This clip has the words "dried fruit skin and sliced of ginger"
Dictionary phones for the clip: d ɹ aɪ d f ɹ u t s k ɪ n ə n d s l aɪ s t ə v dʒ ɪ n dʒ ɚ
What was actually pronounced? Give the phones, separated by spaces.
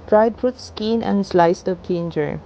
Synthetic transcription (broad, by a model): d ɹ aɪ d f u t s k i n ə n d s l aɪ s t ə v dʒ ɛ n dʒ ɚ